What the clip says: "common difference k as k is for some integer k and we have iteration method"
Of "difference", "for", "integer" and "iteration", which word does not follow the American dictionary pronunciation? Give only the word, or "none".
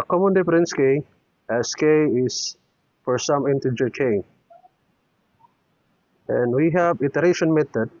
difference